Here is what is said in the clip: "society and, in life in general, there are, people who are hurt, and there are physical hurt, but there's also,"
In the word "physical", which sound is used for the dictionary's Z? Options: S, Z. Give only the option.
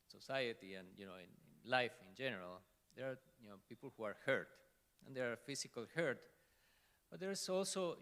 S